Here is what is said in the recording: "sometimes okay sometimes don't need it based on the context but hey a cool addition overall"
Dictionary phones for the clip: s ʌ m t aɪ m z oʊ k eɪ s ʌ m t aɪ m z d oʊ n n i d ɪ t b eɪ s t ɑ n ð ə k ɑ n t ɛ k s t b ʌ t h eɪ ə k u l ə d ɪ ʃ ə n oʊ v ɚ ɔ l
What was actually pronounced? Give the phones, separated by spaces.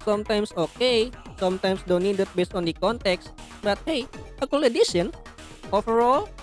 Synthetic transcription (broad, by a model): s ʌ m t aɪ m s oʊ k eɪ s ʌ m t aɪ m s d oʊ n n i d ɪ t b eɪ s t ɑ n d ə k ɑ n t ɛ k s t b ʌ t h eɪ ə k u l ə d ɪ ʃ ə n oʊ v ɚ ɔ l